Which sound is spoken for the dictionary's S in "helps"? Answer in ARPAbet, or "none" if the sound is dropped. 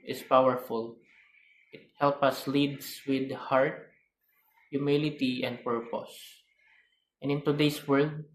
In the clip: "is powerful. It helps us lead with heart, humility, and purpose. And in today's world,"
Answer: none